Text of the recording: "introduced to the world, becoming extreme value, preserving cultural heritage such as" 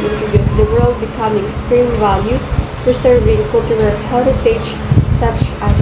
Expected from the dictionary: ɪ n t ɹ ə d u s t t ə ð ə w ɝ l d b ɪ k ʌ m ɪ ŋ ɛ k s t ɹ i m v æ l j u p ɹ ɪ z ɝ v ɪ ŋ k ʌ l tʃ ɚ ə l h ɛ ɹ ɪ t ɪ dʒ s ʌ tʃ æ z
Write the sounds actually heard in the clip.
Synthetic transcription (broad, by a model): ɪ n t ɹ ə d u s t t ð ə w ɝ l d b ɪ k ʌ m ɪ ŋ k s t ɹ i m v æ l j u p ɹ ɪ s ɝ v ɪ ŋ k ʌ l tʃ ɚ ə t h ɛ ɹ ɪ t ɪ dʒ s ʌ tʃ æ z